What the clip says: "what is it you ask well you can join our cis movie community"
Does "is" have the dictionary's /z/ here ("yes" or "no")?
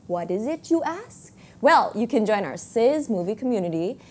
yes